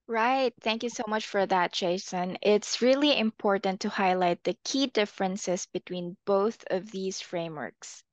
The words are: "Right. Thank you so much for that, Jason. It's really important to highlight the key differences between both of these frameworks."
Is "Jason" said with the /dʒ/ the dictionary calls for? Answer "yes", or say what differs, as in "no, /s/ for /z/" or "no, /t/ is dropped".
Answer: no, /tʃ/ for /dʒ/